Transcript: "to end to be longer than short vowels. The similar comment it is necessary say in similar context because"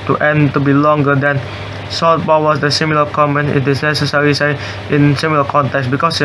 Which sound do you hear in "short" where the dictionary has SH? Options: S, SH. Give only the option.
S